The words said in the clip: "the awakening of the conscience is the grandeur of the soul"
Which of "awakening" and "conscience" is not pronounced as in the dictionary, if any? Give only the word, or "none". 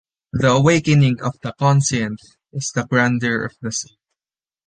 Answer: conscience